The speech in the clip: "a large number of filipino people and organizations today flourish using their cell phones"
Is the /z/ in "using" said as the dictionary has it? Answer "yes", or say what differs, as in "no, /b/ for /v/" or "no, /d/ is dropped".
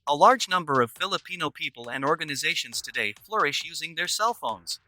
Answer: yes